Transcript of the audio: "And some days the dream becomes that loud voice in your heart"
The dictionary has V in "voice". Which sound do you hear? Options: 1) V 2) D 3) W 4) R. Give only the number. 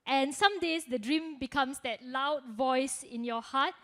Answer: 1